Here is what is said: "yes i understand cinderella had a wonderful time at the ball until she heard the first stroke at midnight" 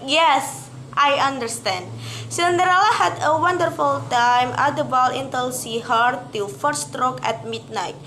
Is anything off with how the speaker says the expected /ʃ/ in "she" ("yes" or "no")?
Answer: yes